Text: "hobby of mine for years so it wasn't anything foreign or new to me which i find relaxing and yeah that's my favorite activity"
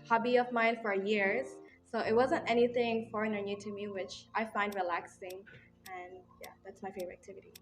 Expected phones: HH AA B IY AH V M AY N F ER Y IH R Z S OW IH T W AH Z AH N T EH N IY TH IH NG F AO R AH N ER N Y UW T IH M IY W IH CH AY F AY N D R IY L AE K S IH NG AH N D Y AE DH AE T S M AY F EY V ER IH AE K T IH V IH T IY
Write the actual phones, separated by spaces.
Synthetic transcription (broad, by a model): HH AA B IY AH V M AY N F ER Y IH R Z S OW IH T W AH Z AH N T EH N IY TH IH NG F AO R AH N ER N Y UW T IH M IY W IH CH AY F AY N D R IY L AE K S IH NG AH N Y AE DH AE T S M AY F EY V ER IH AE K T IH V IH T IY